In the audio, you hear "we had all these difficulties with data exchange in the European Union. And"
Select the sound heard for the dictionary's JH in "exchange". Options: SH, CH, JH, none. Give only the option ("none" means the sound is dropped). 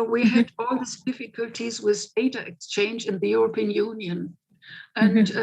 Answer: JH